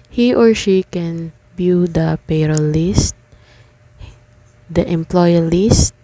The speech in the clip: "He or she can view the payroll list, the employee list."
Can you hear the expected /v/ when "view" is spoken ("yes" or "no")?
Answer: no